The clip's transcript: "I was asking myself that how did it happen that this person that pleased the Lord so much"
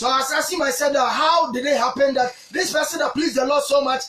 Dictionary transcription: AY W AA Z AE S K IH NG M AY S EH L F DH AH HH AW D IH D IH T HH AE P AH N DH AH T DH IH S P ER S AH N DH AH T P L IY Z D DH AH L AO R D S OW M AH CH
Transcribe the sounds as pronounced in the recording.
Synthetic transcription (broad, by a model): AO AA S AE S IH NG M AY S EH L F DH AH HH AW D IH D IH T HH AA P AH N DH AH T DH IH S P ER S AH N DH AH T P L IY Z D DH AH L AO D S OW M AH CH